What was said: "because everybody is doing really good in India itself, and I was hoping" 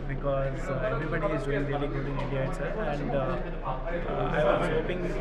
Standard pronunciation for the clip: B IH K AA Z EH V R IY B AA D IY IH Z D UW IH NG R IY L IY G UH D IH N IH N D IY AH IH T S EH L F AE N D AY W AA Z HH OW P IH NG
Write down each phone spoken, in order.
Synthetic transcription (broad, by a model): B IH K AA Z EH V R IY B AA D IY IH Z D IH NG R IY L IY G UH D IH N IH D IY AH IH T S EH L AE N D AY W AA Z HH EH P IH NG